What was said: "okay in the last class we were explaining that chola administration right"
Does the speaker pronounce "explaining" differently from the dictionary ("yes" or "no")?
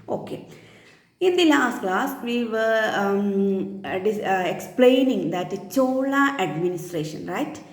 no